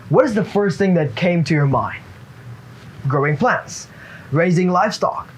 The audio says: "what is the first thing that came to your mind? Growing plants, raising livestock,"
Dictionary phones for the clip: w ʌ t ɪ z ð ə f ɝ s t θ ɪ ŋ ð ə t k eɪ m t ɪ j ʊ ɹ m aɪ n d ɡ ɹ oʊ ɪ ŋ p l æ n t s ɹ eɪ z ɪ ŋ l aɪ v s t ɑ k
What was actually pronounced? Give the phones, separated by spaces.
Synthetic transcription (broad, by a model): w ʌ t ɪ z ð ə f ɝ s t θ ɪ ŋ ð ə t k eɪ m t ɪ j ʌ ɹ m aɪ n d ɡ ɹ oʊ ɪ ŋ p l æ n t s ɹ eɪ z ɪ ŋ l aɪ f s t ɑ k